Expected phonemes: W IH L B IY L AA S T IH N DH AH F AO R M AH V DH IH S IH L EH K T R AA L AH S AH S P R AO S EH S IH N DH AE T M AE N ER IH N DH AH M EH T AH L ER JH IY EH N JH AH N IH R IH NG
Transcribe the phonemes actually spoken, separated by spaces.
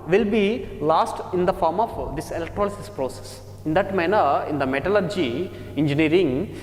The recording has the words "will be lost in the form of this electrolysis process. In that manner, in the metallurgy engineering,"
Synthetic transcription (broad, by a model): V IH L B IY L AA S T IH N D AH F AO R M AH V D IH S IH L EH K T R AA L AH S AH S P R AO S EH S IH N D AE T M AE N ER IH N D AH M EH T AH L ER JH IY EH N JH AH N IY R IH NG